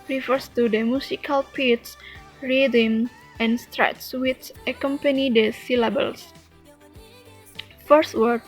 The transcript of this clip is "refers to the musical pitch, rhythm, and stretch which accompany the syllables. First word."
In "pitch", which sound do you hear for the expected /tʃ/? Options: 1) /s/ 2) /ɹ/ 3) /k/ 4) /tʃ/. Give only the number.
1